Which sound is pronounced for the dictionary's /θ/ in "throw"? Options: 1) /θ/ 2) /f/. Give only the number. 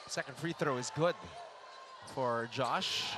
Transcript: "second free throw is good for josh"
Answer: 1